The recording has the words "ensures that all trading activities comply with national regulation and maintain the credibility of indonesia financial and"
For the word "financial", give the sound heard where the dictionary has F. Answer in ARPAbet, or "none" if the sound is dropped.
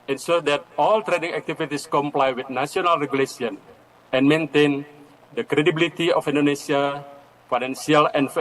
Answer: P